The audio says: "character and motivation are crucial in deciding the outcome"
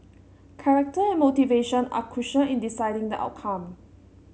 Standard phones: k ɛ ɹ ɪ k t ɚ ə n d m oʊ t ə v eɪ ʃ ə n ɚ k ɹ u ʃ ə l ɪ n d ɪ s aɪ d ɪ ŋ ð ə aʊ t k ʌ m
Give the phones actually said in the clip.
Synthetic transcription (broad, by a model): k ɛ ɹ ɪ k t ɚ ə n m oʊ t ə v eɪ ʃ ə n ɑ k u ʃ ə ɪ n d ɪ s aɪ d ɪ ŋ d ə aʊ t k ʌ m